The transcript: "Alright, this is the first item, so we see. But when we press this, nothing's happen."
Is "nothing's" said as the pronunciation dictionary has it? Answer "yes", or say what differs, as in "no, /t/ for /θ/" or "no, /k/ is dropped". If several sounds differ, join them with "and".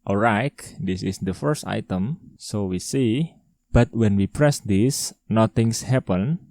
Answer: no, /t/ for /θ/ and /s/ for /z/